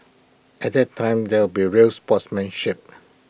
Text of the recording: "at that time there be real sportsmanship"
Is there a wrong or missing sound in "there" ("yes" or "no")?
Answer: yes